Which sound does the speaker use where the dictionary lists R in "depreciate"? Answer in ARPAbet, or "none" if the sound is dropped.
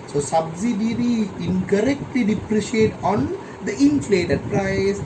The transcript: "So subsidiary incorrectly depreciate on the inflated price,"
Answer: R